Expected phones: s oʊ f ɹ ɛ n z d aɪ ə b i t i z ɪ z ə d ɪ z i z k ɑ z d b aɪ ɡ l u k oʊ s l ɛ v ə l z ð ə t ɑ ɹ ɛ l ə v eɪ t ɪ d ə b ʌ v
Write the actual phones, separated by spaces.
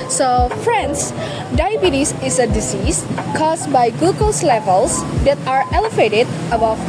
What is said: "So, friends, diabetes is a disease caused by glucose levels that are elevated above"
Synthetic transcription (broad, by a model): s oʊ f ɹ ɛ n s d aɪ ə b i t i s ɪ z ə d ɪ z i s k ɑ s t b aɪ ɡ u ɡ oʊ s l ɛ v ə l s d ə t ɑ ɹ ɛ l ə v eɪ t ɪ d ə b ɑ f